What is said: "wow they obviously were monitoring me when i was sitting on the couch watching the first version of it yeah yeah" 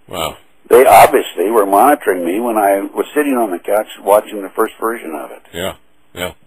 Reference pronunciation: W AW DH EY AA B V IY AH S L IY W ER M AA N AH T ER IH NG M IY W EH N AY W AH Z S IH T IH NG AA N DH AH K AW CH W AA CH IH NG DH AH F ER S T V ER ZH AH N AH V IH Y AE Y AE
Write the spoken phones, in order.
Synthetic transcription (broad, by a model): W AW DH EY AA B V IY AH S L IY W ER M AA N AH T ER IH NG M IY W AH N AY W AH Z S IH T IH NG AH N DH AH K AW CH W AA CH IH NG DH AH F ER S T V ER ZH AH N AH V IH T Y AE